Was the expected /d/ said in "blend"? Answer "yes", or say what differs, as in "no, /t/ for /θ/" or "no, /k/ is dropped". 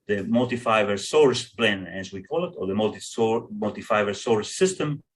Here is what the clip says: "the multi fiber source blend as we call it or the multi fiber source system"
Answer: no, /d/ is dropped